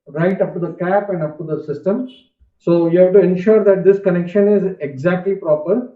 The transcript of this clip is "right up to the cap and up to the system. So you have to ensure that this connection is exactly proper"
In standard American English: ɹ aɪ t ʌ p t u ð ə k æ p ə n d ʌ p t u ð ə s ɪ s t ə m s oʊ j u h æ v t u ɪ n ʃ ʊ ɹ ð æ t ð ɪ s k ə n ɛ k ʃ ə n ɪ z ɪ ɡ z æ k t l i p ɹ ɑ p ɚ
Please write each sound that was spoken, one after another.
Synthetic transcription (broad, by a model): ɹ aɪ t ʌ p t u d ə k æ p ə n d ʌ p t u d ə s ɪ s t ə m s oʊ j u h æ v t u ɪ n ʃ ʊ ɹ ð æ t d ɪ s k ə n ɛ k ʃ ə n ɪ z ɪ ɡ z æ k t l i p ɹ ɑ p ɚ